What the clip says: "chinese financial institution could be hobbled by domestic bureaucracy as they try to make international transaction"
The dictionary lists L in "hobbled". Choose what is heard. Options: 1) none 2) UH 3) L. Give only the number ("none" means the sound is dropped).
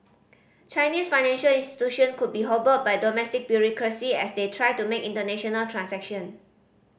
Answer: 1